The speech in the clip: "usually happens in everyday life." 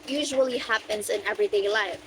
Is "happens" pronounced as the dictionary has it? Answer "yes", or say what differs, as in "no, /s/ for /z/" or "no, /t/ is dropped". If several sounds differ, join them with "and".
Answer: yes